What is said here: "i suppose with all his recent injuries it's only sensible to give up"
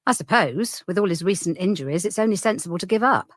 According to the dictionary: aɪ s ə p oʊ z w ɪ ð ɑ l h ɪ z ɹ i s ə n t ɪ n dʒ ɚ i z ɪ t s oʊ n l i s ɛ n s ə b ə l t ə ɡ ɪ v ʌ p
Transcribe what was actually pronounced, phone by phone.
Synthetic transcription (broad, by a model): aɪ s ə p oʊ z w ɪ ð ɑ l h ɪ z ɹ i s ə n t ɪ n dʒ ɚ i z ɪ t s oʊ n l i s ɛ n s ə b ə l t ə ɡ ɪ v ʌ p